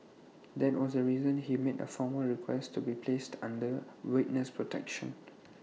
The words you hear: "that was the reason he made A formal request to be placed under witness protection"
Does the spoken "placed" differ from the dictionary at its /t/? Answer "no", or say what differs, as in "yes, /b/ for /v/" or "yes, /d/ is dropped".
no